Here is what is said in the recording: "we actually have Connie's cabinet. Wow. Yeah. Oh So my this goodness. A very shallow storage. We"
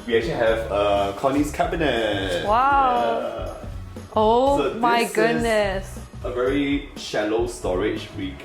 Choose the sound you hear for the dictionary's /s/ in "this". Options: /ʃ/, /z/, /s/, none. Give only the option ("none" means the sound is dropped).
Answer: none